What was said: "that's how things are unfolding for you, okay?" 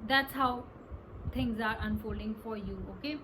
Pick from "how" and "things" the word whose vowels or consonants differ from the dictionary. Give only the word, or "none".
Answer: things